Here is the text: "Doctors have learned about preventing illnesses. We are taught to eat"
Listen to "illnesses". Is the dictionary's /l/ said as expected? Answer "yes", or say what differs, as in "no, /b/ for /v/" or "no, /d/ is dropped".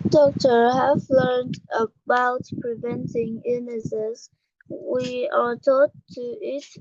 no, /l/ is dropped